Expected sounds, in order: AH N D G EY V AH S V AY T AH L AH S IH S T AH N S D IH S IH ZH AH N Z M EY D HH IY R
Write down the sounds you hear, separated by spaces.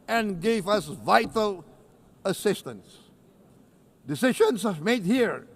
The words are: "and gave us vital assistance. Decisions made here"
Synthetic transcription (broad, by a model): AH N G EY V AH S V AY T AH L AH S IH S T AH N S D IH S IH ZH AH N S M EY D HH IY R